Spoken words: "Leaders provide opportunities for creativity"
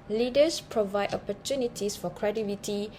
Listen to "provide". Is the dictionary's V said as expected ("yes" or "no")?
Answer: yes